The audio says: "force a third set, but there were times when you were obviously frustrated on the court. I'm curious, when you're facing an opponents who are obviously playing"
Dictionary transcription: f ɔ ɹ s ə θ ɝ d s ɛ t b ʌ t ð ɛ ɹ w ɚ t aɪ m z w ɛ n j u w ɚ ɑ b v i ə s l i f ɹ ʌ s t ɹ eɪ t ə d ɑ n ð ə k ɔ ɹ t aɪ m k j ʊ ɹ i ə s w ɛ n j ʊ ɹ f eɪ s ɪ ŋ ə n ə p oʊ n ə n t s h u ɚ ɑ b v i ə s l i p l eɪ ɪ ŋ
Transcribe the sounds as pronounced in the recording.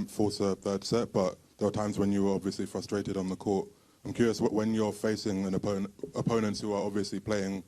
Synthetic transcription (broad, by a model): f ɔ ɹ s ə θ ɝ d s ɛ t b ʌ t ð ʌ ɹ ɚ t aɪ m z w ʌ n j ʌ w ɚ ɑ b v i ə s l i f ɹ ʌ s t ɹ eɪ t ə d n ð ə k ɔ ɹ t aɪ m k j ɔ ɹ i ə s w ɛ n j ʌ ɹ f eɪ s ɪ ŋ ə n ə p oʊ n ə n t s h u ɚ ɑ b v i ə s l i p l eɪ ɪ ŋ